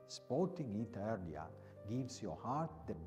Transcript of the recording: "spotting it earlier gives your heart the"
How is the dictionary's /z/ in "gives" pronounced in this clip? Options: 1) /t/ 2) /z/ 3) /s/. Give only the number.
3